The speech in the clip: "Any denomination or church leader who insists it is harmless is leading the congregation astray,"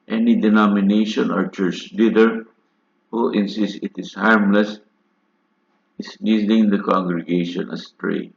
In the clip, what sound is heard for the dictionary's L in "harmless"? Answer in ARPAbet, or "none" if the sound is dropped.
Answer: L